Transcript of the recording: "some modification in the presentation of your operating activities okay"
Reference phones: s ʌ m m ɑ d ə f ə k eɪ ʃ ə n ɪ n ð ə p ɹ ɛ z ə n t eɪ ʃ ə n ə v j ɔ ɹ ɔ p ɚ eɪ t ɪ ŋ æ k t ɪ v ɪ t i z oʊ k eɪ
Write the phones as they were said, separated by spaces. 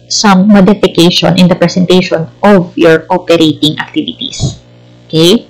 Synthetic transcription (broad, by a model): s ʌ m m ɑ d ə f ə k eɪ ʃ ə n ɪ n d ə p ɹ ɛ s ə n t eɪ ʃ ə n ə v j ɔ ɹ ɔ p ɚ eɪ t ɪ ŋ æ k t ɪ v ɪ t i s oʊ k eɪ